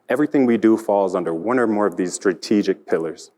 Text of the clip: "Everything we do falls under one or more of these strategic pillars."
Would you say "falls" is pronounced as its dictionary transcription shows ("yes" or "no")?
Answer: yes